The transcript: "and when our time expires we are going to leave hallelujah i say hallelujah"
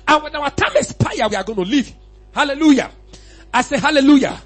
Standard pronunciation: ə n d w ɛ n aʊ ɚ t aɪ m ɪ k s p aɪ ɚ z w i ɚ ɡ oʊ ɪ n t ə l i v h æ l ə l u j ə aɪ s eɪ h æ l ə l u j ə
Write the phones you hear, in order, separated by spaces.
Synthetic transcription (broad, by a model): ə n w ɛ n aʊ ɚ t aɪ m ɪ s p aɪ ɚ w i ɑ ɡ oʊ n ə l i v h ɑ l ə l u j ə aɪ s eɪ h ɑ l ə l u j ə